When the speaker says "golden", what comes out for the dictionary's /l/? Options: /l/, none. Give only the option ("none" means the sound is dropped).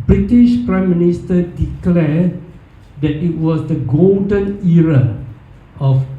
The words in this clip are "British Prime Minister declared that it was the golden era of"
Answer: /l/